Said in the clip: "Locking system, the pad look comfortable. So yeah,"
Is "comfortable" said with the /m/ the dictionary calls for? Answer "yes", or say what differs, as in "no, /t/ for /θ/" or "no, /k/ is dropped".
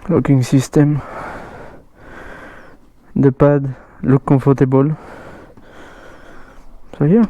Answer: no, /m/ is dropped